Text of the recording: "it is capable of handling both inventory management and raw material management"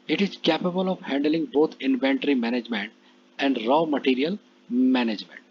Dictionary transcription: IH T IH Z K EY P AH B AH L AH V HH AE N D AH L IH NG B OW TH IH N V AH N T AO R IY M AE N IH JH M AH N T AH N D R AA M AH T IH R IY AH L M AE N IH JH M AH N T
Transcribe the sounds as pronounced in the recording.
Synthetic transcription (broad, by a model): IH T IH Z K EY P AH B AH L AH V HH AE N D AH L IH NG B OW T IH N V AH N T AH R IY M AE N IH JH M AH N T AH N D R AA M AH T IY R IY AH L M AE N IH JH M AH N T